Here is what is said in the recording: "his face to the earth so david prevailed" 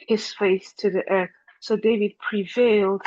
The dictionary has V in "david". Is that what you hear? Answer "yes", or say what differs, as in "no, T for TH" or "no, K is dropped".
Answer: yes